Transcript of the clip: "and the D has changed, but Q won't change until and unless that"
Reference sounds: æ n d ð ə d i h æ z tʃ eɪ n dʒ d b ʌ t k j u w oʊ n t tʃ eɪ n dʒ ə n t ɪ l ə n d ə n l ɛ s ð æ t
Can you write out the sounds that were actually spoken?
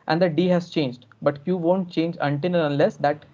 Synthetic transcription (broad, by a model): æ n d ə d i h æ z tʃ eɪ n dʒ d b ʌ t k j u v oʊ n t tʃ eɪ n dʒ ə n t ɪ n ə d ə n l ɛ s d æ t